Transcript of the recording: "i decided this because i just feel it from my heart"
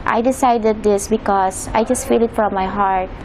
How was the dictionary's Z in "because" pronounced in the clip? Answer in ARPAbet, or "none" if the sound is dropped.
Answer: S